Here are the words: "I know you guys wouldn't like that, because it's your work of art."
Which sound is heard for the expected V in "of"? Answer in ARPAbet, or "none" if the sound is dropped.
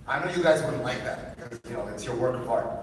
P